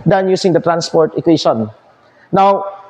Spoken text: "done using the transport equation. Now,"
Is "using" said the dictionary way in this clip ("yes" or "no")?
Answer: no